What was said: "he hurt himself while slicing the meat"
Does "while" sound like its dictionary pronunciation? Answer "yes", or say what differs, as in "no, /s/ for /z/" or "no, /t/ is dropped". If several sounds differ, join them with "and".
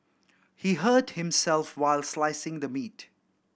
yes